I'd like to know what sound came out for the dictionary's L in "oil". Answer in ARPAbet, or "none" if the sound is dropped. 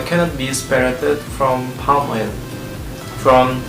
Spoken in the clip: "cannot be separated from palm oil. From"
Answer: N